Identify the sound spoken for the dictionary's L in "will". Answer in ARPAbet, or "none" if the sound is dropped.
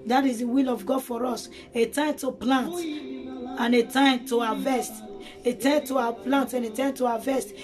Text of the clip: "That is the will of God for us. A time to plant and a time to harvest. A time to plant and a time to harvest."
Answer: L